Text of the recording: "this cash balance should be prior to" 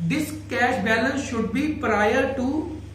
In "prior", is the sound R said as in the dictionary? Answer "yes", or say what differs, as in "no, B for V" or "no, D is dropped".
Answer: yes